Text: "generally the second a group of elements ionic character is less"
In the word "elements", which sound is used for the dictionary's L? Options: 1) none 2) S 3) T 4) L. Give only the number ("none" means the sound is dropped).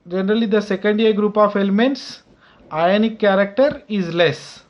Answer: 4